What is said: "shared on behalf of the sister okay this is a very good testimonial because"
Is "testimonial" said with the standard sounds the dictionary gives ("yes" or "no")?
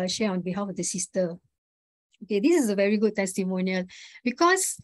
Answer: yes